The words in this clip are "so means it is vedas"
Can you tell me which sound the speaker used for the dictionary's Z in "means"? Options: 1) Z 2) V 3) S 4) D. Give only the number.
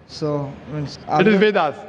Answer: 3